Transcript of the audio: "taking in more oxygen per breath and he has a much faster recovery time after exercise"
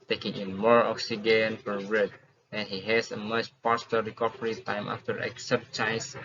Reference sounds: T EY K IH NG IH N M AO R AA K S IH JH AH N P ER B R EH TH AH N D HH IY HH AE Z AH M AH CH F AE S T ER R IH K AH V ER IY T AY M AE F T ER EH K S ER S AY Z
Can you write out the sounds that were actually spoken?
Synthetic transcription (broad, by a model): T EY K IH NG IH N M AO R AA K S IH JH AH N F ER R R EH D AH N HH IY HH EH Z AH M AH CH P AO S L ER R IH K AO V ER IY T AY M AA F T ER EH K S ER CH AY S